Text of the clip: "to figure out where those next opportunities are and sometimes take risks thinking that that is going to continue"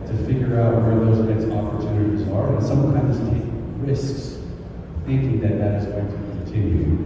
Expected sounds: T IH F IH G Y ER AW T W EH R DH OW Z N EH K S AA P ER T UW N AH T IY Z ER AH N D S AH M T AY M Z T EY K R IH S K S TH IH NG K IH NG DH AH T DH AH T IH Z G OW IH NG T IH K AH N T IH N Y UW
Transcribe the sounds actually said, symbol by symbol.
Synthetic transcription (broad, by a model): T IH F IH G Y ER AW T W EH R DH OW Z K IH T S AA P ER T UW N AH T IY Z ER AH N S AH M T AY M Z T EY K R IH S K S TH IH NG K IH NG DH AH T DH AH T IH Z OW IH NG T IH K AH N T IH N Y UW